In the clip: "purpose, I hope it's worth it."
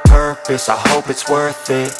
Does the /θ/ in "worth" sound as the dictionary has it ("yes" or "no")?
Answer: yes